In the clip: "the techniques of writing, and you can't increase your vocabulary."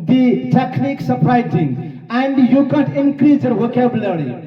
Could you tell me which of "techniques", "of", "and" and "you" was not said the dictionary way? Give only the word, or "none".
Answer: of